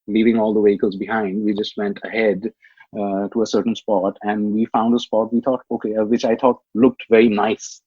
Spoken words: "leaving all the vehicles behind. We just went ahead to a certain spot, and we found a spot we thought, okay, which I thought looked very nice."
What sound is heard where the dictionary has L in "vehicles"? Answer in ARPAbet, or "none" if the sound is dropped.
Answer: L